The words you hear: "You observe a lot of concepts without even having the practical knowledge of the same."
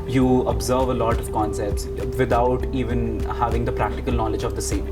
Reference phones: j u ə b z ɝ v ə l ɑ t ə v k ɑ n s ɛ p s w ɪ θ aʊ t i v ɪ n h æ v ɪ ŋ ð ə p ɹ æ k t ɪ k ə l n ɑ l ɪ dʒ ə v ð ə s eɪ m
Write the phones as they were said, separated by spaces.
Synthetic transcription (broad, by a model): j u ə b z ɝ v ə l ɑ t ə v k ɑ n s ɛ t s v ɪ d aʊ t i v ɪ n h æ v ɪ ŋ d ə p ɹ æ k t ɪ k ə l n ɑ l ɪ dʒ ə v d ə s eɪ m